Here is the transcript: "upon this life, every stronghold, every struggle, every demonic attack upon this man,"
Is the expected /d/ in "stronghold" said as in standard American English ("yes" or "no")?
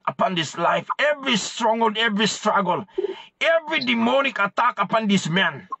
no